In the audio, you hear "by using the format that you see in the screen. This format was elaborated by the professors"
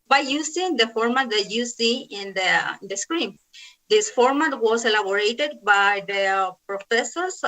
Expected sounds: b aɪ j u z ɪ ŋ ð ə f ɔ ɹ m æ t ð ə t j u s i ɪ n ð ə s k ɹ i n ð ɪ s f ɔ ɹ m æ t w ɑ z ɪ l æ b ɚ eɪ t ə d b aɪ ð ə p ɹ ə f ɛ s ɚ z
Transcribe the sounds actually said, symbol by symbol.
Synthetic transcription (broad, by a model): b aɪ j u s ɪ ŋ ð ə f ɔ ɹ m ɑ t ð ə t j u s i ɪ n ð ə s k ɹ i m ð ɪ s f ɔ ɹ m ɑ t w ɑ s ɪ l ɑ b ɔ eɪ t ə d b aɪ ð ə p ɹ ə f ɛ s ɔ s